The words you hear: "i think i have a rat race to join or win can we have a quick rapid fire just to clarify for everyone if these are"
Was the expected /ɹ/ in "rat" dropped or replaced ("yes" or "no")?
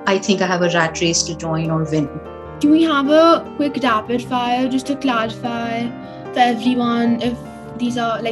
no